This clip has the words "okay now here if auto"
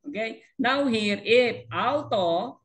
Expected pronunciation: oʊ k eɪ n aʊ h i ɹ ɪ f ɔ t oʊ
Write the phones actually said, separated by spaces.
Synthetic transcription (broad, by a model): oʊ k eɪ n aʊ h i ɹ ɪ p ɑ t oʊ